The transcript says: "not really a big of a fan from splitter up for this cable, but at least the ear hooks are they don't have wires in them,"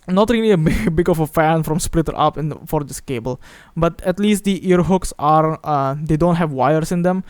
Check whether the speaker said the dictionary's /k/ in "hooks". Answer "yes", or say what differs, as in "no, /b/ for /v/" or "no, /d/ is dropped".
yes